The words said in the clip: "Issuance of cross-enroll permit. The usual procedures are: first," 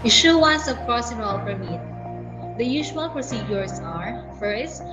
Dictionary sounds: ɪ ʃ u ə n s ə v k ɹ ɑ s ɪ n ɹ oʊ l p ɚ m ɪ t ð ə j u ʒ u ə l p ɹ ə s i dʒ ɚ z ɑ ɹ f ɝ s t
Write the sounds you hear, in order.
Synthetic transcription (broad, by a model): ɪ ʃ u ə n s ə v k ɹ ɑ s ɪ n oʊ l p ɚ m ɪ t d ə j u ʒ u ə l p ɹ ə s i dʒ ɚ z ɑ ɹ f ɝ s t